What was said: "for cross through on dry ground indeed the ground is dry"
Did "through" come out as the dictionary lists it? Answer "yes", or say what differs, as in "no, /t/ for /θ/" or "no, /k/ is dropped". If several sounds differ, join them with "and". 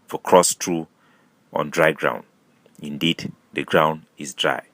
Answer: no, /t/ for /θ/